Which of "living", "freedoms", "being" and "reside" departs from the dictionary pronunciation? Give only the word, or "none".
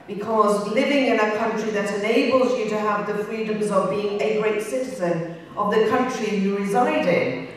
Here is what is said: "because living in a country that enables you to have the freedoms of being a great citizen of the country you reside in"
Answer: none